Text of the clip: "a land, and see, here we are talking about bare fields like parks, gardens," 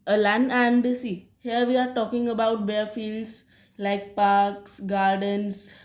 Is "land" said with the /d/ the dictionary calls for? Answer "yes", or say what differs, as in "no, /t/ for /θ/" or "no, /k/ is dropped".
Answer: no, /d/ is dropped